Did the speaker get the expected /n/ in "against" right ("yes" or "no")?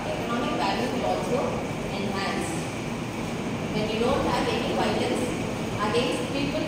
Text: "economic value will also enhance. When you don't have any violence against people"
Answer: no